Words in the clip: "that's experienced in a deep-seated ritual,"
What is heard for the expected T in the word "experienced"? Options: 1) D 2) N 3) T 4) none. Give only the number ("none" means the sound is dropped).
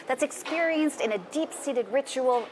3